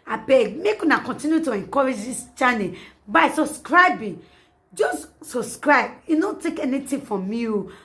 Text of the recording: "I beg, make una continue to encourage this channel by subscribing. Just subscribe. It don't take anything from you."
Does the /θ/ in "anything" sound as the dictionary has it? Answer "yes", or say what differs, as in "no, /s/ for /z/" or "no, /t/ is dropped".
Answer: no, /t/ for /θ/